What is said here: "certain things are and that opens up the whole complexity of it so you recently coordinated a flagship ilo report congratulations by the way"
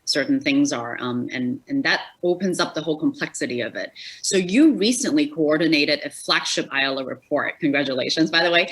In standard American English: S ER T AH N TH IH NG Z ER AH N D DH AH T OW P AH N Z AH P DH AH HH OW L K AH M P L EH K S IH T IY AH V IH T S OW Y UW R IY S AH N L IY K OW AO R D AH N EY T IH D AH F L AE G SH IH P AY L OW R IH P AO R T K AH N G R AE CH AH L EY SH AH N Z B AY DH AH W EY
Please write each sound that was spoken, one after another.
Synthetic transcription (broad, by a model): S ER T N TH IH NG Z ER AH N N DH AH T OW P AH N Z AH P DH AH HH OW L K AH M P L EH K S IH T IY AH V IH T S OW Y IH R IY S AH N L IY K OW AO R D N EY T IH D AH F L AE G SH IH P AY L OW R IH P AO R T K N G R AE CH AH L EY SH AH N Z B AY DH AH W EY